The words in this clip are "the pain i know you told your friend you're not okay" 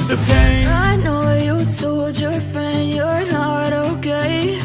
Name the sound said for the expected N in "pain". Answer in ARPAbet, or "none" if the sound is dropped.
none